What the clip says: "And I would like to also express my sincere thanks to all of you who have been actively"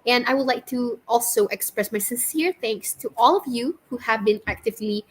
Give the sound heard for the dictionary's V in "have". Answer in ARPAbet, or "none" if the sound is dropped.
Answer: V